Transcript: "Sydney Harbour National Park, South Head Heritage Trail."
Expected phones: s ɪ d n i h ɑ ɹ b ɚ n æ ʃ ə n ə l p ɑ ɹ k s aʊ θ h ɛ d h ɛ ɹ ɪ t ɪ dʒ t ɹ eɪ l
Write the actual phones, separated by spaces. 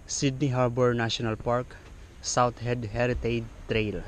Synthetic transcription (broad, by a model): s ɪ d n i h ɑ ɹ b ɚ n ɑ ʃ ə n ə l p ɑ ɹ k s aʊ t h ɛ d h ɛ ɹ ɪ t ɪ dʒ t ɹ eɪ l